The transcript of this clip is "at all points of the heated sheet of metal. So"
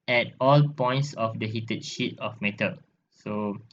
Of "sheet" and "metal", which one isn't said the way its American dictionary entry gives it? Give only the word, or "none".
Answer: none